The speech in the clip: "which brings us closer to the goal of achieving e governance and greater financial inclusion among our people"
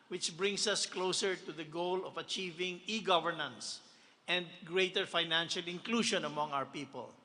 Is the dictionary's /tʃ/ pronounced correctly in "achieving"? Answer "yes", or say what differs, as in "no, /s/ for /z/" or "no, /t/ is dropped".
yes